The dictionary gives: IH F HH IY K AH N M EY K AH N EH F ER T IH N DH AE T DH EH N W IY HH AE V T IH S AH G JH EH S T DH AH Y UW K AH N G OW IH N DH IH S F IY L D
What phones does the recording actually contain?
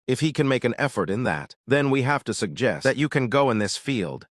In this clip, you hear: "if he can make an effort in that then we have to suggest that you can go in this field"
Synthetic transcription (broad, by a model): IH F HH IY K AH N M EY K AH N EH F ER T IH N DH AE T DH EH N W IY HH AE F T IH S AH G JH EH S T DH AH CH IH K AH N G OW IH N DH IH S F IY L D